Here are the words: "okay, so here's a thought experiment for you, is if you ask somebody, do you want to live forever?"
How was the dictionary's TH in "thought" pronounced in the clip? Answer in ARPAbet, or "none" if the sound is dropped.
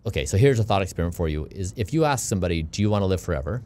TH